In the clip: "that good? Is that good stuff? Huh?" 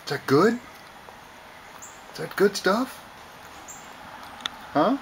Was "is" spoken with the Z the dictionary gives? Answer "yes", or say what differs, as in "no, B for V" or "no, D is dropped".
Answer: no, S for Z